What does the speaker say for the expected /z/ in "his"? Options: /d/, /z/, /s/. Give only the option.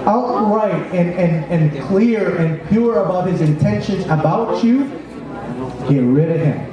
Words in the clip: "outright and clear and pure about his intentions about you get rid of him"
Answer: /z/